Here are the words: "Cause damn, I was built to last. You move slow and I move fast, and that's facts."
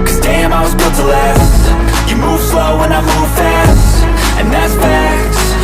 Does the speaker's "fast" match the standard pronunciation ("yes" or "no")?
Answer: yes